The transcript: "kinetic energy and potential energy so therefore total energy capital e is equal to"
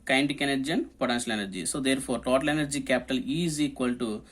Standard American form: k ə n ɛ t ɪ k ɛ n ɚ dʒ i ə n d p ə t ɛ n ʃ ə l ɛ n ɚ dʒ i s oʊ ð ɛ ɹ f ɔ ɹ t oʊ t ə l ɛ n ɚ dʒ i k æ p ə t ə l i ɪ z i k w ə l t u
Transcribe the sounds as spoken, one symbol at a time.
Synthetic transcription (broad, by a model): k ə n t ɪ k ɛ n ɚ dʒ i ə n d p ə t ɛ n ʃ ə l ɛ n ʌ dʒ i s oʊ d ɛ ɹ p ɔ ɹ t oʊ t ə l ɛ n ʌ dʒ i k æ p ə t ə l i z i k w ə l t u